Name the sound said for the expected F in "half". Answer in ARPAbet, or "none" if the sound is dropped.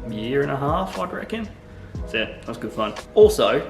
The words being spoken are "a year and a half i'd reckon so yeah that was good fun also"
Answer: F